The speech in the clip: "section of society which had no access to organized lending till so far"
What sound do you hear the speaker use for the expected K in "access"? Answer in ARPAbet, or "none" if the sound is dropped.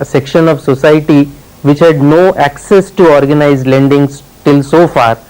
K